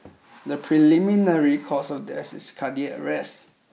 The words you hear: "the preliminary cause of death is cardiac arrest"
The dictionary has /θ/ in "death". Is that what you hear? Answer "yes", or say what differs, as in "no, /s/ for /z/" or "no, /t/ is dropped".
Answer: no, /s/ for /θ/